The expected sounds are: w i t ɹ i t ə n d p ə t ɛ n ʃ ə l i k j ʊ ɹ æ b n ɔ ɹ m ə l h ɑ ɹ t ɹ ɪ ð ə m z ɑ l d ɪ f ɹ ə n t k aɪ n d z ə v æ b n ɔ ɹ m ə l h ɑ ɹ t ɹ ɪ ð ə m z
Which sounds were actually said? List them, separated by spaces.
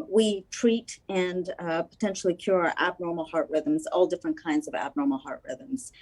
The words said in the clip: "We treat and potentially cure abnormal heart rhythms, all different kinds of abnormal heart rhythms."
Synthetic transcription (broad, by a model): w i t ɹ i t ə n p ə t ɛ n ʃ l i k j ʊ ɹ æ b n ɔ ɹ m l h ɑ ɹ t ɹ ɪ ð ə m z ɑ l d ɪ f ɹ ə n k aɪ n d z ə v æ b n ɔ ɹ m l h ɑ ɹ t ɹ ɪ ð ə m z